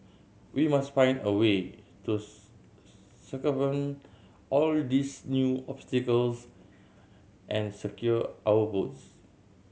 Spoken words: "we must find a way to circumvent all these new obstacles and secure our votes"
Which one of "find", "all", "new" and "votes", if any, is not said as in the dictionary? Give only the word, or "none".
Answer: votes